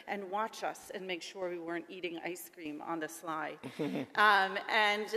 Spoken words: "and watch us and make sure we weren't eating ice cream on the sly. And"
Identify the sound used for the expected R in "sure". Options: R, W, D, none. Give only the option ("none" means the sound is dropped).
R